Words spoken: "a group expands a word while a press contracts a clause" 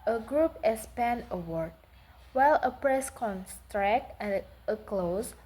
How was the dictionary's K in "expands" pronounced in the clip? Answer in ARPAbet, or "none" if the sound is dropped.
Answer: none